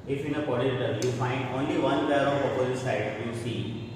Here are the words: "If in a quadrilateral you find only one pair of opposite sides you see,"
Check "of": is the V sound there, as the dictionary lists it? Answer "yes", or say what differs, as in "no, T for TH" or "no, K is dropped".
no, P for V